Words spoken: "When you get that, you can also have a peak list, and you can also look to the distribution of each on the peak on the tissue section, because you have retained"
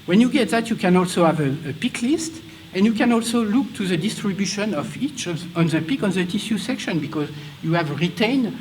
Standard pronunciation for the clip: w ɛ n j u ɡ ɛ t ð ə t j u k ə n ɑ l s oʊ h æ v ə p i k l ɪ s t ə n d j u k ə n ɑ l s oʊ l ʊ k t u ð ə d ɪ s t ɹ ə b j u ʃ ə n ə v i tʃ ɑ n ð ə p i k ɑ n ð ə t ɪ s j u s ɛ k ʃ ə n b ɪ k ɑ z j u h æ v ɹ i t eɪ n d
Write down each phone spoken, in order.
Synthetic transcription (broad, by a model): w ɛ n j u ɡ ɛ t ð ə t j u k ə n ɑ l s oʊ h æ v ə p i k l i s t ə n j u k ə n ɑ l s oʊ l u k t u ð ə d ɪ s t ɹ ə b j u ʃ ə n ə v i tʃ ɑ n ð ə p i k ɑ n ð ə t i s j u s ɛ k ʃ ə n b ɪ k ɑ z j u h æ v ɹ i t eɪ n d